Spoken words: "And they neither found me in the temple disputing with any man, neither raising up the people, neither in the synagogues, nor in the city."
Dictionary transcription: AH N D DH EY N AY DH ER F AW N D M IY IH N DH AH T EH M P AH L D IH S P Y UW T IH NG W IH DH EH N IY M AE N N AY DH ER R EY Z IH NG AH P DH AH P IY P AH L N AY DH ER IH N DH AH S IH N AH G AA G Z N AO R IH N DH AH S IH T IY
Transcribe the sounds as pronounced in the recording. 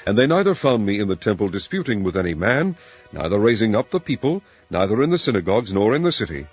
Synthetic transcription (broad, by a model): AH N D DH EY N AY DH ER F AW N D M IY IH N DH AH T EH M P L D IH S P Y UW T IH NG W IH DH EH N IY M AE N N AY DH ER R EY Z IH NG AH P DH AH P IY P AH L N AY DH ER IH N DH AH S IH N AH G AA G Z N AO R IH N DH AH S IH T IY